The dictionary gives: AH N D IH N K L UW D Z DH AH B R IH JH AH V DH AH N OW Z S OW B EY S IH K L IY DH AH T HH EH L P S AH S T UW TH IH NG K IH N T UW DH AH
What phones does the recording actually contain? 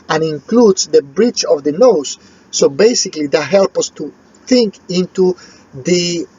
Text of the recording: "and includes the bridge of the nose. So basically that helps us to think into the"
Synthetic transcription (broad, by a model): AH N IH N K L UW D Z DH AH B R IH CH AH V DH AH N OW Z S OW B EY S IH K L IY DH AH T HH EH L P AH S T UW TH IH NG K IH N T UW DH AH